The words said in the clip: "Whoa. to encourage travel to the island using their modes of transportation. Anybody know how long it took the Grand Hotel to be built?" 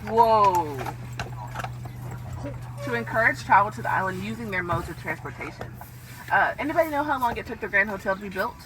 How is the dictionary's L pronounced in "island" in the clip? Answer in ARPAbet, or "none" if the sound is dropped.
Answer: L